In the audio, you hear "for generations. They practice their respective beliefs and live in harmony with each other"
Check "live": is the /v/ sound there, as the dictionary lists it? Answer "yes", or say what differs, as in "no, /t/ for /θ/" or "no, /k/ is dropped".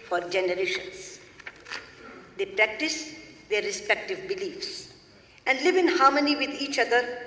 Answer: yes